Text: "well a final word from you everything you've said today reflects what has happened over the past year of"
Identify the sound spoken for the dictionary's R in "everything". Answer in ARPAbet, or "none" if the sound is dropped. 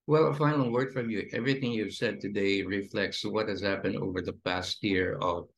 R